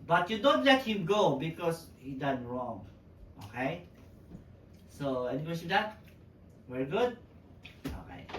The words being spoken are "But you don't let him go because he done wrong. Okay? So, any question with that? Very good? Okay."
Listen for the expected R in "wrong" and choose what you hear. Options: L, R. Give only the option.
R